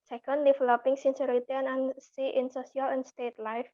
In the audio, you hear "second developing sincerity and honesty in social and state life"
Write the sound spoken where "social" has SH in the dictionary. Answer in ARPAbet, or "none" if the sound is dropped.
S